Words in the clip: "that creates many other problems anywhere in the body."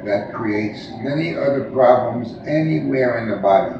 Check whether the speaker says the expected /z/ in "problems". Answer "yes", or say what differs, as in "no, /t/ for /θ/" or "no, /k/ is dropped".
yes